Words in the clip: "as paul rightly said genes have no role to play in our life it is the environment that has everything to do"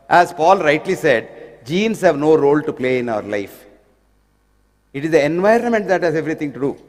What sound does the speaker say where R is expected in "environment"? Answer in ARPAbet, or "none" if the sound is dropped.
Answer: R